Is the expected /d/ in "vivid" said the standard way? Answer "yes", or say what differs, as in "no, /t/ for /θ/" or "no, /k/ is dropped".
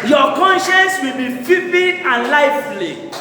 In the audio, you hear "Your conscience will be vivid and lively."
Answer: no, /d/ is dropped